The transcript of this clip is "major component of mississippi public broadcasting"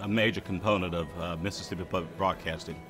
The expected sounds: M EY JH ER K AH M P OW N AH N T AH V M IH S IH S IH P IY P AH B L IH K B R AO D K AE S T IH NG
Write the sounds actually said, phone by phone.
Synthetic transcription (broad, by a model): M EY JH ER K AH M P OW N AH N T AH V M IH S IH S IH P IY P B IH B R AO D K AE S T IH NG